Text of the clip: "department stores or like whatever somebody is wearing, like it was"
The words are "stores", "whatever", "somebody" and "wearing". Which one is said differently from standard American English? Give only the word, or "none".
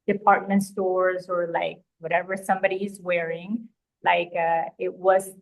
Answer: none